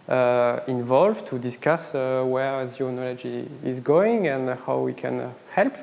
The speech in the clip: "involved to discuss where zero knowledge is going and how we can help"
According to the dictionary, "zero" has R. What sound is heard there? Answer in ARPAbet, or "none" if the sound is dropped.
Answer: none